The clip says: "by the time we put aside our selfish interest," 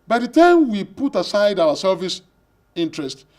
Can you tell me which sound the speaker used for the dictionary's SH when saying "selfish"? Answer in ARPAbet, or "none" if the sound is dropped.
S